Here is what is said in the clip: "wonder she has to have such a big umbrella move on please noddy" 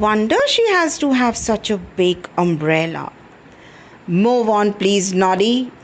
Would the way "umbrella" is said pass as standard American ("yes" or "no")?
yes